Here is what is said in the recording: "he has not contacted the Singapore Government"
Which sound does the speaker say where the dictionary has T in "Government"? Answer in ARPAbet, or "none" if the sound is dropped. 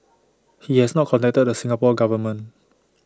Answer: none